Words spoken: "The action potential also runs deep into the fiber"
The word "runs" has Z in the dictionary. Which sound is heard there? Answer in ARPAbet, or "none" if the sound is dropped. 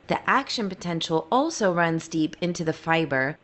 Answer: Z